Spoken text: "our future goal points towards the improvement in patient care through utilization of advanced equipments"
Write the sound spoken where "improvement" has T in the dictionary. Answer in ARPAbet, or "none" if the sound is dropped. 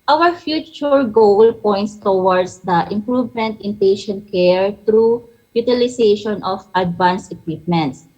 T